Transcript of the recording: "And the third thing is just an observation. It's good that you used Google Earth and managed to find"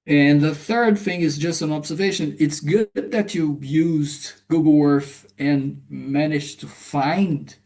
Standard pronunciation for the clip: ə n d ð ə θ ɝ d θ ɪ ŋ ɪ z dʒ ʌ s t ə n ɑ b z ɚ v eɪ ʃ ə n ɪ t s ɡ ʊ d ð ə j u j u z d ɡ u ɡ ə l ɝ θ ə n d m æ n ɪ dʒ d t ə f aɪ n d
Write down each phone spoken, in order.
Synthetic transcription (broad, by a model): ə n ð ə θ ɝ d θ ɪ ŋ ɪ z dʒ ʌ s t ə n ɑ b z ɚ v eɪ ʃ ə n ɪ t s ɡ ʊ d ð ə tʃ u j u z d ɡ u ɡ l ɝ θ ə n m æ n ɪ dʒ t ə f aɪ n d